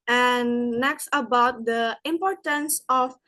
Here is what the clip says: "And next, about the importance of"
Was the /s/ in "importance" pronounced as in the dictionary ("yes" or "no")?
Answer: yes